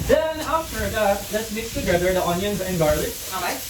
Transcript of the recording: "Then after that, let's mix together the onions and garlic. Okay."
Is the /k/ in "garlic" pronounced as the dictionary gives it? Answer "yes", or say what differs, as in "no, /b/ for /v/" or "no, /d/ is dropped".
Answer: no, /k/ is dropped